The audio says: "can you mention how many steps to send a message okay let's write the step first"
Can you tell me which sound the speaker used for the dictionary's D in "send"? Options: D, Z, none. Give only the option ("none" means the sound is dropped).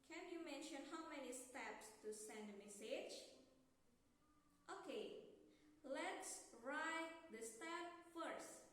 D